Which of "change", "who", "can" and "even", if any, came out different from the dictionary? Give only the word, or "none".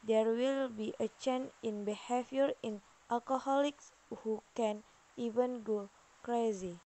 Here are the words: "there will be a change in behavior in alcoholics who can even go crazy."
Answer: change